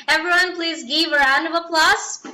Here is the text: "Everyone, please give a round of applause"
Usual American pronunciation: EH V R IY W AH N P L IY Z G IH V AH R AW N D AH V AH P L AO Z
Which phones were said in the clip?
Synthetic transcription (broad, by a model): EH V R IY W AH N P L IY Z G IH V AH R AW N D AH V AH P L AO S